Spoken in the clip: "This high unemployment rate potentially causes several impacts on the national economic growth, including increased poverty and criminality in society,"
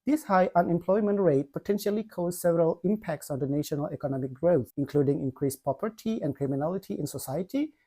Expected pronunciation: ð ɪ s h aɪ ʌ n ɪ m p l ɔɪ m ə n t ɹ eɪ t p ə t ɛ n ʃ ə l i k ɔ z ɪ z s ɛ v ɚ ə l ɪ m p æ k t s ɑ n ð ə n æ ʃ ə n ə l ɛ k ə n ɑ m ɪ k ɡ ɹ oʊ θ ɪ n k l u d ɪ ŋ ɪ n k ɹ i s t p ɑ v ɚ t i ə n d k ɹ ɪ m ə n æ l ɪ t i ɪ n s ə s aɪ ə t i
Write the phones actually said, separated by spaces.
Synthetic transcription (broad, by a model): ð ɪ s h aɪ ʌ n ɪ m p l ɔɪ m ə n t ɹ eɪ t p ə t ɛ n ʃ ə l i k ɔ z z s ɛ v ɚ ə l ɪ m p æ k t s ɑ n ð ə n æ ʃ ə n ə l ɛ k ə n ɑ m ɪ k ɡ ɹ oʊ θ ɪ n k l u d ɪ ŋ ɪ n k ɹ i s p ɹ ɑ p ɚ t i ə n k ɹ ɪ m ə n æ l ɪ t i ɪ n s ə s aɪ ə t i